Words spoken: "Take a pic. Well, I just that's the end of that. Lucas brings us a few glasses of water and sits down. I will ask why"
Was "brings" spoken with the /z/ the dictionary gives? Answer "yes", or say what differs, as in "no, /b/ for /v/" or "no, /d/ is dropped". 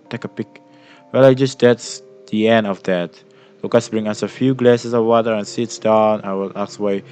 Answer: no, /z/ is dropped